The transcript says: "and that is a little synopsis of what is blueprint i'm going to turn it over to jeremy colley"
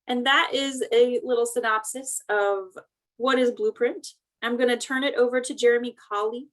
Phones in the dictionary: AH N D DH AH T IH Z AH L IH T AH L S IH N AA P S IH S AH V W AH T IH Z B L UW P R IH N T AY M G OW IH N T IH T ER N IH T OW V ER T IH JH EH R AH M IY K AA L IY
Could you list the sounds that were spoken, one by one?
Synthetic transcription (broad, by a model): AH N DH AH T IH Z AH L IH T L S IH N AA P S IH S AH V W AH T IH Z B L UW P R IH N T AY M G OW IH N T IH T ER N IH T OW V ER T IH JH EH R AH M IY K AA L IY